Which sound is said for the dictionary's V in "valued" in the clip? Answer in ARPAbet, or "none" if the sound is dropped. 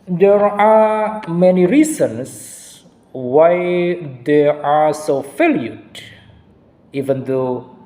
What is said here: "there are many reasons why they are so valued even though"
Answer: F